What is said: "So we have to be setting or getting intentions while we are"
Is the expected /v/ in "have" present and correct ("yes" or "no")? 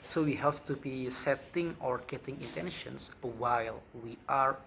no